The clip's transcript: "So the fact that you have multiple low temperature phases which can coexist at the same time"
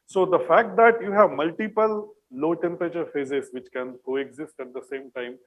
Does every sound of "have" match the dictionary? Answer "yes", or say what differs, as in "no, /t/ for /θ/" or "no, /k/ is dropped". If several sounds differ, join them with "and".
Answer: yes